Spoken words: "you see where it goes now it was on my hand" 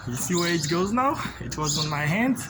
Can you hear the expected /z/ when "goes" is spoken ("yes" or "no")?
yes